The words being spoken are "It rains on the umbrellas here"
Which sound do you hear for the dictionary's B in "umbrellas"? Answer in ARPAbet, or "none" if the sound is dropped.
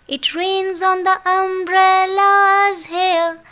B